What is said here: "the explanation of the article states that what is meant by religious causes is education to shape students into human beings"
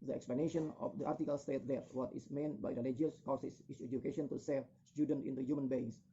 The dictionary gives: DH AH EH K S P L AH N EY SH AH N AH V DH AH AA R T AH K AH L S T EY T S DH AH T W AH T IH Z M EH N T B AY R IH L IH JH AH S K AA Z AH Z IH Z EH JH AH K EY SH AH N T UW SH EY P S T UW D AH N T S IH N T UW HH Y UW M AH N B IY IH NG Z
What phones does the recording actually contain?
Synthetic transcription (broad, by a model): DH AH EH K S P L AH N EY SH AH N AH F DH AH AA R T AH K AH L S T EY T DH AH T W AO T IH S M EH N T B AY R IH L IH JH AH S K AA S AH S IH S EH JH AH K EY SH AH N T UW S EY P S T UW D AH N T IH N T UW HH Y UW M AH N B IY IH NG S